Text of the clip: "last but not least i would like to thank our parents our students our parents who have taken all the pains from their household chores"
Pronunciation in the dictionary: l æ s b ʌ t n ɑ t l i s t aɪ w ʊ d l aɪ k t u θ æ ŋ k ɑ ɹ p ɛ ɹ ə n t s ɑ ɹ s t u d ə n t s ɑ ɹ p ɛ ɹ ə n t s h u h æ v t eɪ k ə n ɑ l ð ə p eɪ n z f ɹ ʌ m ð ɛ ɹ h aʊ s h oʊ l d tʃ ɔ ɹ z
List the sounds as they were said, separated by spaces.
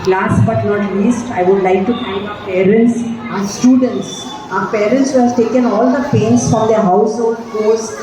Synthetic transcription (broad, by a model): l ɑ s b ʌ t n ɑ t l i s t aɪ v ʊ d l aɪ k t u f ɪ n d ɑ p ɛ ɹ ə n t s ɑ s t u d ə n t s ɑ p ɛ ɹ ə n t s h u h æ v t eɪ k ə n ɑ l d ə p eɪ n s f ɹ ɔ m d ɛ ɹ h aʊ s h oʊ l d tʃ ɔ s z